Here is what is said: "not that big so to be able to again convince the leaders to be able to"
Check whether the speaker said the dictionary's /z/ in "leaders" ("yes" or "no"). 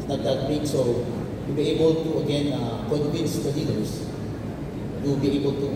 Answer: no